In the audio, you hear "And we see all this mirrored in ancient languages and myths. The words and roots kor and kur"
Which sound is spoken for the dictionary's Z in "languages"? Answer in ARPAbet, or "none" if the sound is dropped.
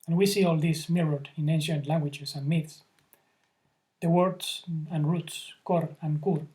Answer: S